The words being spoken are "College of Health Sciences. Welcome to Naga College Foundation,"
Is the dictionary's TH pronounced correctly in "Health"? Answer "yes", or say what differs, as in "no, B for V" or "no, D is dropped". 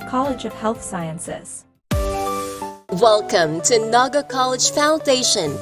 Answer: yes